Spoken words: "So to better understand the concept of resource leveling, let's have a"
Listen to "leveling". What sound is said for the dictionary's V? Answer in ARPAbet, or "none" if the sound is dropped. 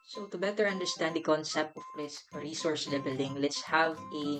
B